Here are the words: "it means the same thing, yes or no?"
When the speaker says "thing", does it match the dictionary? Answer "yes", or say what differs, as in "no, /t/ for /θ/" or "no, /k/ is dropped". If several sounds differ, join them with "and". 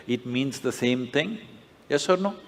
no, /t/ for /θ/